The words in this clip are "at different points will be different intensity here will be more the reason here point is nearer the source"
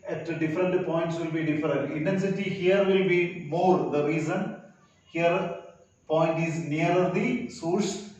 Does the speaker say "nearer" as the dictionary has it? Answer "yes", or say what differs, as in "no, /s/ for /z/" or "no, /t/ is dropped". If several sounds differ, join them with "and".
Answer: no, /ɹ/ is dropped